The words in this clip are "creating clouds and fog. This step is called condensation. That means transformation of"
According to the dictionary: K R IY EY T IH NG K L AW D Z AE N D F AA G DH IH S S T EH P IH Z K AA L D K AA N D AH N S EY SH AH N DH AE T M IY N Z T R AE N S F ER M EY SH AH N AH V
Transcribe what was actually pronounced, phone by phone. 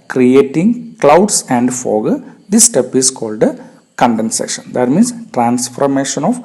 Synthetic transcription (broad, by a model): K R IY EY T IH NG K L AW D S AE N D F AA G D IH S S T EH P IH S K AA L D K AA N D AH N S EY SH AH N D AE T M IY N S T R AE N S F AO M EY SH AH N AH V